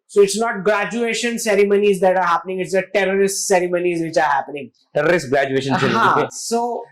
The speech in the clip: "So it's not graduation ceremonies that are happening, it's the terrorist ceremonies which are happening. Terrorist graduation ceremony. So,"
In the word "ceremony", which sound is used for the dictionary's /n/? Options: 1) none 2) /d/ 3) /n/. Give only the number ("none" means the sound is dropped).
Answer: 1